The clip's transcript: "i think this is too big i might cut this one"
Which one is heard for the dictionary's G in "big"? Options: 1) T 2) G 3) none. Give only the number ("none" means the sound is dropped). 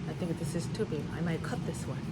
3